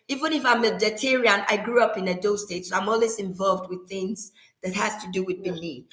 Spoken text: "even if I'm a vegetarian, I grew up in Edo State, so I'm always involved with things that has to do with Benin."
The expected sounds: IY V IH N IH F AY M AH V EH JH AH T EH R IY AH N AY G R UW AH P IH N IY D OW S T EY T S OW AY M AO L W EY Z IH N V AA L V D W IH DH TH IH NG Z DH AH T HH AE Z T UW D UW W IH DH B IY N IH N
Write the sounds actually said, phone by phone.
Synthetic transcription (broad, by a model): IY V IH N IH F AY M AH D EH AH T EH R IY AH N AY G R UW AH P IH N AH D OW S T EY T S OW AY M AO L W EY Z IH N V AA L V D W IH DH TH IH NG Z DH AH T HH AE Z T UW D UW W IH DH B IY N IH